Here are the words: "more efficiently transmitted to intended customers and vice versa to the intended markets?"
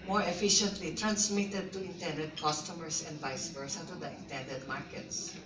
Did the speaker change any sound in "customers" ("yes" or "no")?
yes